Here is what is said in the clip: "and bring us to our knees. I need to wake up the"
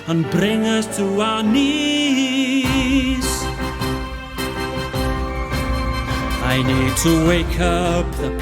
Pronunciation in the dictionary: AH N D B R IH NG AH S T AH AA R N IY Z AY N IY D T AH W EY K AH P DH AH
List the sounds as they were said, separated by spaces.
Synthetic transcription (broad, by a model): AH N B R IH NG AH S T AH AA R N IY S AY N IY D T AH W EY K AH P DH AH